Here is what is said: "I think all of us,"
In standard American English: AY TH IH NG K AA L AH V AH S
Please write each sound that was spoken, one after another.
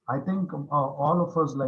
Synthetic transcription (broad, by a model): AY T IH NG K AA L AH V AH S